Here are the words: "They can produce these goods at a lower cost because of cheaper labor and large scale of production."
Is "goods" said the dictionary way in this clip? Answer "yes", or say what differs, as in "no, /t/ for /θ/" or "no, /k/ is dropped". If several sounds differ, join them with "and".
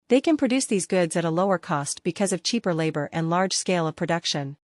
yes